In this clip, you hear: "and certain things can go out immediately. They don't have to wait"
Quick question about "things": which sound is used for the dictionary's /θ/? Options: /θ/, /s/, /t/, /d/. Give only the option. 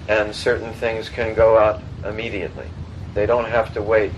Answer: /θ/